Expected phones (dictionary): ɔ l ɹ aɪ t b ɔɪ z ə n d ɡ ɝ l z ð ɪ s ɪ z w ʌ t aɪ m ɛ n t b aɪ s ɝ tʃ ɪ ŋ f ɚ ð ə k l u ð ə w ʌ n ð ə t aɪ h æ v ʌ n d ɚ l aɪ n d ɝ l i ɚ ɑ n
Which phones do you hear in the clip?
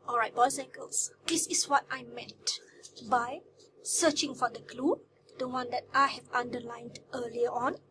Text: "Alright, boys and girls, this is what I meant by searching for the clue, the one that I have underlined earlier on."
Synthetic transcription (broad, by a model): ɔ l ɹ aɪ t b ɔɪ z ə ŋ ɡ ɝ l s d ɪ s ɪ s w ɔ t aɪ m ɛ t b aɪ s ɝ tʃ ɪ ŋ f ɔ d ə k l u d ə w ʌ n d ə t aɪ h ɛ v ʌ n d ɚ l aɪ n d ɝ l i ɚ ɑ n